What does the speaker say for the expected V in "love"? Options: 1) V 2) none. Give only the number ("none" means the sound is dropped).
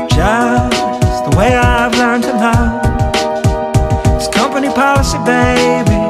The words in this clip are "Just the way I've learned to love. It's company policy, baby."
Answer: 2